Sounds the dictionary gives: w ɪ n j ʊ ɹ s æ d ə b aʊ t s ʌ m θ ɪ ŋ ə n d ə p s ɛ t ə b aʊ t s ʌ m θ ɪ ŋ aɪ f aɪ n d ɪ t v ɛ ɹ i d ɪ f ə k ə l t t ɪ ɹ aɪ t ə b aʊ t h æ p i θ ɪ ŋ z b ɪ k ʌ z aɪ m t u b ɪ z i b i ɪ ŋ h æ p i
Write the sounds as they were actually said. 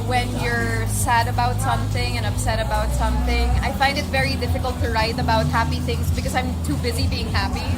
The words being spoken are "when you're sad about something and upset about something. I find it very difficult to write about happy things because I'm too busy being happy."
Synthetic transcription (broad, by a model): w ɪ n j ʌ ɹ s æ d ə b aʊ t s ʌ m θ ɪ ŋ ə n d ə p s ɛ t ə b aʊ t s ʌ m θ ɪ ŋ aɪ f aɪ n d ɪ t v ɛ ɹ i d ɪ f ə k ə l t t ɪ ɹ aɪ t ə b aʊ t h æ p i θ ɪ ŋ z b ɪ k ʌ z aɪ m t u b ɪ z i b i ɪ ŋ h æ p i